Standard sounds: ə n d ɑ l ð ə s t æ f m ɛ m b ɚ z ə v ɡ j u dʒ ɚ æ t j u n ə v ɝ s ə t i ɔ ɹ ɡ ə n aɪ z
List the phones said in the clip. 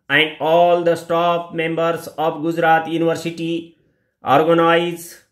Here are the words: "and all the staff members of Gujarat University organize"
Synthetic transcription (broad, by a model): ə n d ɑ l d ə s t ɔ p m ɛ m b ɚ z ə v ɡ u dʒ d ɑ t j u n ə v ɝ s ə t i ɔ ɹ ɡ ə n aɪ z